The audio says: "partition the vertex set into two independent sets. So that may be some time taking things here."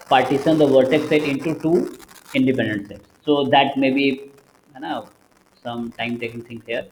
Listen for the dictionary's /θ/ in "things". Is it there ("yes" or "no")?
no